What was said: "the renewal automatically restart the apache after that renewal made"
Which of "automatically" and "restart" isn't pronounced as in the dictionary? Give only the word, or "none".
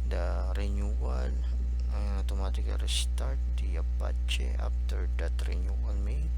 automatically